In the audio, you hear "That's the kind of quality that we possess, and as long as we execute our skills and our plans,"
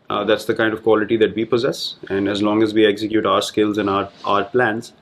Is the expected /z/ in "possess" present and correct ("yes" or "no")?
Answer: yes